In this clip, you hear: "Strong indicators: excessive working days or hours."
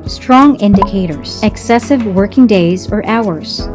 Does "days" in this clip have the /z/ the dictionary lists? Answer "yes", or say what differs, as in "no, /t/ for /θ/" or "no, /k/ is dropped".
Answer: yes